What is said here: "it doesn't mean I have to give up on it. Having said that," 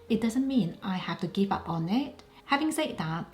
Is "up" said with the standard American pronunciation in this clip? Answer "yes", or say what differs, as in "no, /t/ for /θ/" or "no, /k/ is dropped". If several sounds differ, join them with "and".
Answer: yes